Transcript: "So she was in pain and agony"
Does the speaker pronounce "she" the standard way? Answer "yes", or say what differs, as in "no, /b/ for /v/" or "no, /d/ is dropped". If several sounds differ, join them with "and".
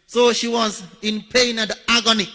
yes